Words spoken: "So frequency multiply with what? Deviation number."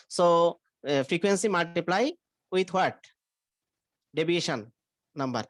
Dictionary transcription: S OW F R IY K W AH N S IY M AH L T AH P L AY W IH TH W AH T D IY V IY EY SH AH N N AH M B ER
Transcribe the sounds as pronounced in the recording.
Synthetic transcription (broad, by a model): S OW F R IY K W AH N S IY M AH L T AH P L AY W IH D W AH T D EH B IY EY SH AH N N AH M B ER